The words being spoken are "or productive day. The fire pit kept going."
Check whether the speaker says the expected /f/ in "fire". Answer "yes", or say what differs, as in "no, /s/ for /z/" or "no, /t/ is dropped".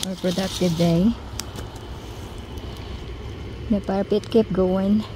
no, /p/ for /f/